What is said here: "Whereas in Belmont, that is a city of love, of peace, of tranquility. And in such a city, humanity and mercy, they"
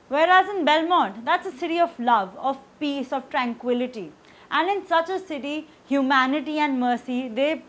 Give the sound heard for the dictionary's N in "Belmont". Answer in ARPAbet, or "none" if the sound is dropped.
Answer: none